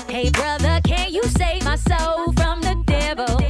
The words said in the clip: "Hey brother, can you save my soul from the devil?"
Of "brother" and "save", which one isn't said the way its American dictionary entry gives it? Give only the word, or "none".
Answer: none